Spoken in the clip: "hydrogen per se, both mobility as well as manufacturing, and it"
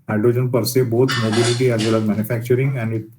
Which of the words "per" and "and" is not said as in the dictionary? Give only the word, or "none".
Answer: none